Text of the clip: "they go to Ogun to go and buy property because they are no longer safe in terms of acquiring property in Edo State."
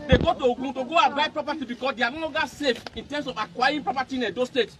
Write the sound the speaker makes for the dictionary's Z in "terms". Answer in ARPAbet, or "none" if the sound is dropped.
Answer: S